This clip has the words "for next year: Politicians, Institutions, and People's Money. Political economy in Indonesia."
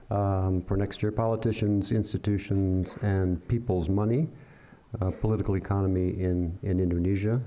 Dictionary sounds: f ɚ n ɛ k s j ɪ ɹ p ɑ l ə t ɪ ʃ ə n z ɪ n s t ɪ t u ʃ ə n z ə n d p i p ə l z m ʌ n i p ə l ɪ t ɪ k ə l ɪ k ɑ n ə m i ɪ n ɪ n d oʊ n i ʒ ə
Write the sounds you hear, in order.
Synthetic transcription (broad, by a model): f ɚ n ɛ k s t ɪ ɹ p ɑ l ə t ɪ ʃ ə n z ɪ n s t ɪ t u ʃ ə n z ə n p i p l z m ʌ n i p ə l ɪ t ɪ k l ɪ k ɑ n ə m i ɪ n ɪ n d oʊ n i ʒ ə